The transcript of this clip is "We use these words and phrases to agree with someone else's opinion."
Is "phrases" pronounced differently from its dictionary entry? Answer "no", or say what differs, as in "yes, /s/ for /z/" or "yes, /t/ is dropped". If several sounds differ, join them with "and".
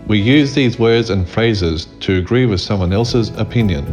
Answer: no